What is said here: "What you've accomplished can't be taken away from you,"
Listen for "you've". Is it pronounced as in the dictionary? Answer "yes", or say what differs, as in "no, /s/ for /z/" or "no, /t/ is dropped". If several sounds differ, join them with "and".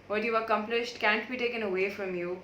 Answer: no, /v/ is dropped